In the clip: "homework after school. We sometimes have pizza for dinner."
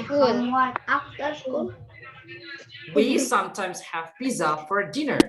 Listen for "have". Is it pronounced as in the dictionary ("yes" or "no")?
yes